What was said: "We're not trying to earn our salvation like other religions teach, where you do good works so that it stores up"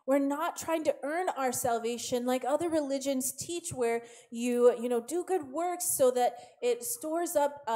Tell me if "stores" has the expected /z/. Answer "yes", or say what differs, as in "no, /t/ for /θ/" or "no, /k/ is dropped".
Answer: yes